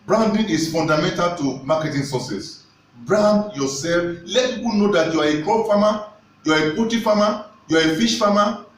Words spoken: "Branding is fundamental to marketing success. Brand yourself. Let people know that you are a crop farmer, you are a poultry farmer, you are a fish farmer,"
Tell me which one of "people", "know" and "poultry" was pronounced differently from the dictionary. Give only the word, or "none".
poultry